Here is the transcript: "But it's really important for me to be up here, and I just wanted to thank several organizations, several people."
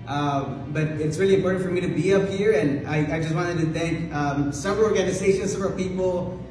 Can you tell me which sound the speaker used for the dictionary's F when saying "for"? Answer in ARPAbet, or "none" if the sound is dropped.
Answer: F